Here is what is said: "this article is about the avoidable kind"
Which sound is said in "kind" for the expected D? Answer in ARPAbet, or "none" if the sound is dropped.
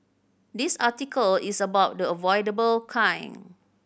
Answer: none